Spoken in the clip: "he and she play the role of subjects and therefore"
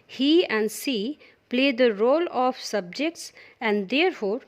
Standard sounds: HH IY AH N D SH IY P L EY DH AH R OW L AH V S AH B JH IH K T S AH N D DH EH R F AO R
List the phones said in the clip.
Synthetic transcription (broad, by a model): HH IY AH N D S IY P L EY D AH R OW L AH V S AH B JH IH K T S AH N D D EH R F AO R